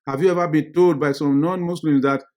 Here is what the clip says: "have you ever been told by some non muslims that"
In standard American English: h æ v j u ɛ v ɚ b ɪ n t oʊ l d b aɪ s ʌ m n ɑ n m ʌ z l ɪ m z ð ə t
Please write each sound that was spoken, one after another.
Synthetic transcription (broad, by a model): h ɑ v j u ɛ v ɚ b ɪ n t oʊ l d b aɪ s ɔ m n ɑ n m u s l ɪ m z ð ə t